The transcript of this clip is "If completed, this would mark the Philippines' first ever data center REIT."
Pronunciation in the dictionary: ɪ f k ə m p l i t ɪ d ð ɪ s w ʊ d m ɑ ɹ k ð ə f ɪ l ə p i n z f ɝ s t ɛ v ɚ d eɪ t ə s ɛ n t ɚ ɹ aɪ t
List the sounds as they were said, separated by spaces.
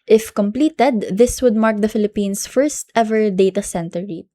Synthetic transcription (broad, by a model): ɪ f k ə m p l i t ɪ d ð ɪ s w ʊ d m ɑ ɹ k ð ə f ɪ l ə p i n s f ɝ s t ɛ v ɚ d eɪ t ə s ɛ n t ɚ ɹ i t